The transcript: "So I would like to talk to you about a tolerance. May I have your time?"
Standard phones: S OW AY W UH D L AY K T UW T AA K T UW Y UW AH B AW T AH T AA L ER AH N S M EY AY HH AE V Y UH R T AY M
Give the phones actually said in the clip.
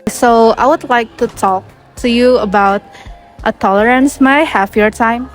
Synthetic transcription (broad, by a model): S OW AY W UH D L AY K T UW T AA K T UW Y UW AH B AW T AH T AA L ER AH N S M AY HH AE F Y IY R T AY M